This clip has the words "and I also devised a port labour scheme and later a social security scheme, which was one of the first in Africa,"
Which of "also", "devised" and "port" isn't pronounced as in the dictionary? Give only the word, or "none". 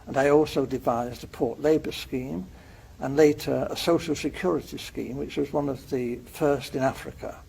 none